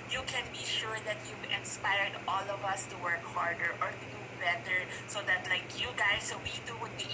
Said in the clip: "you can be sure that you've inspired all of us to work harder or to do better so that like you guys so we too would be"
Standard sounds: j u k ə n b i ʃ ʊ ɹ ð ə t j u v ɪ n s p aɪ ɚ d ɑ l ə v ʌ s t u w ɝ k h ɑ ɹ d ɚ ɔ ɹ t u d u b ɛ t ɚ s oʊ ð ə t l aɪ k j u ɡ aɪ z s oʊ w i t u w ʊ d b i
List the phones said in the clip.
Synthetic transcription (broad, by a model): j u k ə n b i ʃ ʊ ɹ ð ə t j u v ɪ n s p aɪ ɚ d ɑ l ə v ʌ s t u w ɝ k h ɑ ɹ d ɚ ɔ ɹ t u d u b ɛ t ɚ s oʊ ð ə t l aɪ k j u ɡ aɪ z s oʊ w i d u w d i